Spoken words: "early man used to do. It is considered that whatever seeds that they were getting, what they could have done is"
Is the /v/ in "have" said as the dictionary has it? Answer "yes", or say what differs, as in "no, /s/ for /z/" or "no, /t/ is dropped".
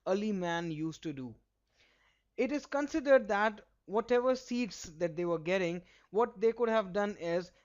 yes